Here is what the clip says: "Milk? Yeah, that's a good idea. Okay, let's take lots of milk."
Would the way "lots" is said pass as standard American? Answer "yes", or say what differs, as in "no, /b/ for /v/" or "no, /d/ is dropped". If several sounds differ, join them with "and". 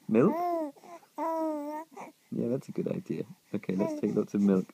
no, /s/ is dropped